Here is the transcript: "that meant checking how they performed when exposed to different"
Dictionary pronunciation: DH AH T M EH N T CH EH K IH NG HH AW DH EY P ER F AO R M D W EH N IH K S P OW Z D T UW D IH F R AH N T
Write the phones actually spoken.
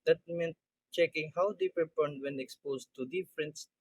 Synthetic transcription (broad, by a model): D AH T M EH N T CH EH K IH NG HH AW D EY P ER P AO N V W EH N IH K S P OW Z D T UW D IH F R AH N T